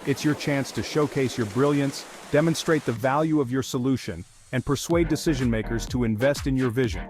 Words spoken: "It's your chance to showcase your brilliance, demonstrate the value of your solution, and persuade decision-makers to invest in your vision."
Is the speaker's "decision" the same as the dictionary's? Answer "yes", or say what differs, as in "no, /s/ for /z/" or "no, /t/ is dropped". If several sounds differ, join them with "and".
yes